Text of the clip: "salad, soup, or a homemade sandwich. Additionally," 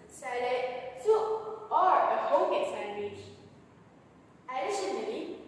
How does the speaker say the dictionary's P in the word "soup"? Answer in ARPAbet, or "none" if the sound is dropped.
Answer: none